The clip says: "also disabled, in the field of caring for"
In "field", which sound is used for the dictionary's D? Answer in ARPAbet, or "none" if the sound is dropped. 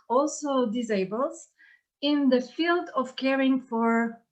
D